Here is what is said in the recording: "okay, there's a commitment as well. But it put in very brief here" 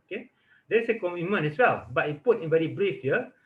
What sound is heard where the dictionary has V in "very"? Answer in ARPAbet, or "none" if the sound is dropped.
B